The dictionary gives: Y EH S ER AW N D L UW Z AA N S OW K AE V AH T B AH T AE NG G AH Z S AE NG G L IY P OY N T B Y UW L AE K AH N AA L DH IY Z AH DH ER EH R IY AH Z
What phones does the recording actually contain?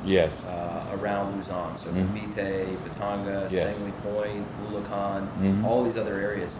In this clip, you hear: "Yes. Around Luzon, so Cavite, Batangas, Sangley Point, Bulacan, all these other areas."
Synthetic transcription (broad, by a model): Y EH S ER AW N D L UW Z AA N S OW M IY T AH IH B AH T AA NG G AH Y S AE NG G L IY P OY N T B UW L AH K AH N AA L DH IY Z AH DH ER EH R IY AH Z